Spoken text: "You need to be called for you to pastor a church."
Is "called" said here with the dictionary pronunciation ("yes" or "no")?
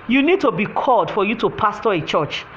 yes